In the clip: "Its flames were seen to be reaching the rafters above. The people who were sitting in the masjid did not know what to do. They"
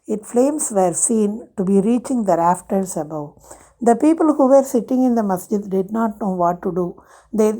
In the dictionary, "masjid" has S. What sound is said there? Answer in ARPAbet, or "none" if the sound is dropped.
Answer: S